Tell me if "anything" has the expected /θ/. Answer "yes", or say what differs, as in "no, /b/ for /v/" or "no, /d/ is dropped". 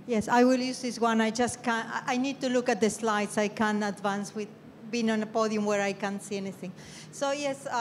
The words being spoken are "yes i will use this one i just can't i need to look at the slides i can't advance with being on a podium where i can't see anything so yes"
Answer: yes